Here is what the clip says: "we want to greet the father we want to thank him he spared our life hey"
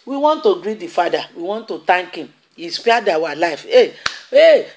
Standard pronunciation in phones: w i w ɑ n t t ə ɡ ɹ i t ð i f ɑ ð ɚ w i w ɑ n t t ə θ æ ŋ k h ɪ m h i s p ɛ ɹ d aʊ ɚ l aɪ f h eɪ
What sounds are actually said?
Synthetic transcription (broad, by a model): w i w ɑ n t t ə ɡ ɹ i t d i f ɑ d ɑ w i w ɑ n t t ə t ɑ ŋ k h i m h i s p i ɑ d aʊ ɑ l aɪ f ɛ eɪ